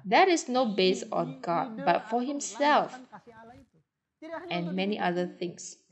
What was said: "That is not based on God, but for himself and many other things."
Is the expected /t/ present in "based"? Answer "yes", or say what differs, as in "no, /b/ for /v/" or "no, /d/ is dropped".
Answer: no, /t/ is dropped